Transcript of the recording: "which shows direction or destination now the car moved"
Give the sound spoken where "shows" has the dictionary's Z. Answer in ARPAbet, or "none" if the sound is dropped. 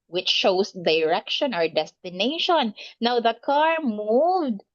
S